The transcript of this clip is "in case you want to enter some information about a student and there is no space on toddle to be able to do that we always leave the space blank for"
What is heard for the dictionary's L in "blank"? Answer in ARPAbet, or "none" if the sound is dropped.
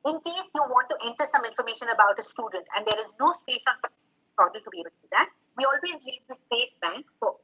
none